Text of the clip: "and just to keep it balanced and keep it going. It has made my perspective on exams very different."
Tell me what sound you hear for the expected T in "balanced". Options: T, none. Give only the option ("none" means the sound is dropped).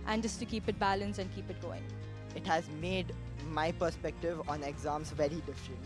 none